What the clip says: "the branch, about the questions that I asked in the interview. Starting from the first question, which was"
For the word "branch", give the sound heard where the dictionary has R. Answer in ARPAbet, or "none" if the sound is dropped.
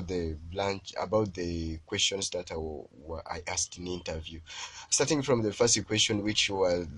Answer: L